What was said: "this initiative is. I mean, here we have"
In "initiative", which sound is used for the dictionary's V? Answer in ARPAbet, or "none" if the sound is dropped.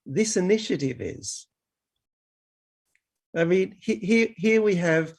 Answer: V